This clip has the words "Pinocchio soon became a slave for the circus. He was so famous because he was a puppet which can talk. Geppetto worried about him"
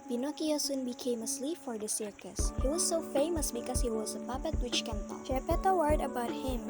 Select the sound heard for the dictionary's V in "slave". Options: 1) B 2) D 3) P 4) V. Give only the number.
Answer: 3